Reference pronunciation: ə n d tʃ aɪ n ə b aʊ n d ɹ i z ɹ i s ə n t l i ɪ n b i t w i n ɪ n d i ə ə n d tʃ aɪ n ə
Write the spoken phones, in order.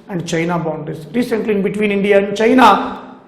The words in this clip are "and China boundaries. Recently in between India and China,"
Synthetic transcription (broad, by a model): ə n d tʃ aɪ n ə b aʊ n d i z ɹ i s ə n t l i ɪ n b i t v i n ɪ n d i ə ə n d tʃ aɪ n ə